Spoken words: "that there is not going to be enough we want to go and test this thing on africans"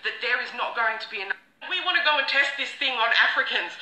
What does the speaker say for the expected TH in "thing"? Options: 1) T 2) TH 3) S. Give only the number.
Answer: 2